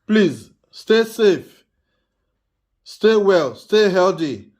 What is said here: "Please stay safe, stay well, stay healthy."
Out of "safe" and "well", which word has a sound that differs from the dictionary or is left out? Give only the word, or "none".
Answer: none